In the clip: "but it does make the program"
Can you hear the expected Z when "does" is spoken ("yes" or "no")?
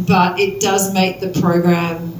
yes